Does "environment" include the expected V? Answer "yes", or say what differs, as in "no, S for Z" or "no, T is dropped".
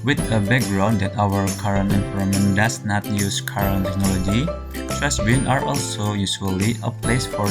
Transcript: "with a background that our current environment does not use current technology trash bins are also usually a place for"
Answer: no, F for V